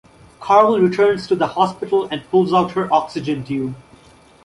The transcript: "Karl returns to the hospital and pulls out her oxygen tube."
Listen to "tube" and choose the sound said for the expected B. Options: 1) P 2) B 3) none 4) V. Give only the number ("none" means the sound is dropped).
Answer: 3